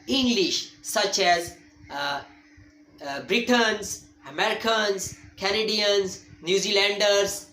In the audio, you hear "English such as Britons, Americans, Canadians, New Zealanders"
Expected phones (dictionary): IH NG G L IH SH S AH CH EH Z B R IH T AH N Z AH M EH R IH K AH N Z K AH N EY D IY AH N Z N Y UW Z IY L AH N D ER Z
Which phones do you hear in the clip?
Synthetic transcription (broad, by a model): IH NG G L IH SH S AH CH EH Z B R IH T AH N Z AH M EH R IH K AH N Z K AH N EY D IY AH N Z N Y UW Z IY L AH N D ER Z